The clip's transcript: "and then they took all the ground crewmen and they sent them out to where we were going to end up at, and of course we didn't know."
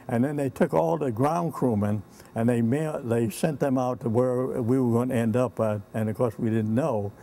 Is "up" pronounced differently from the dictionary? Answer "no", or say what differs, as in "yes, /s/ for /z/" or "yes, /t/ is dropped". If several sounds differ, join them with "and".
no